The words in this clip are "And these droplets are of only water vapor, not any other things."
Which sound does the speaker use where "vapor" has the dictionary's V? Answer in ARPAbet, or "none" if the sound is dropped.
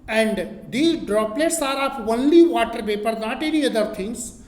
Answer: P